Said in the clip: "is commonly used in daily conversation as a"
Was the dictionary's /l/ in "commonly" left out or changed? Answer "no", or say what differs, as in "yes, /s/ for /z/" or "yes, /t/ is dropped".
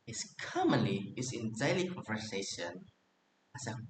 yes, /l/ is dropped